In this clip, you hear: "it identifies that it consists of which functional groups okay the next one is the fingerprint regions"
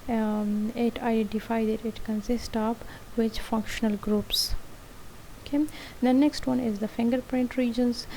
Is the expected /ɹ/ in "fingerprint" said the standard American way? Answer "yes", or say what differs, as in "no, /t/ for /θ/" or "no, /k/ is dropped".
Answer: yes